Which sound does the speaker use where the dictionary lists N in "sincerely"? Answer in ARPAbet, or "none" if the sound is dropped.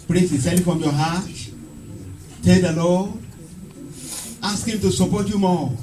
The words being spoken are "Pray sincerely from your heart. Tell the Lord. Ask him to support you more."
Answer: none